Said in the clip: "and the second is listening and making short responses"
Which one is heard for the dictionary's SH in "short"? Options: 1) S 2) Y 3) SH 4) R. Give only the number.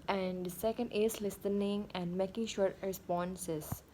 3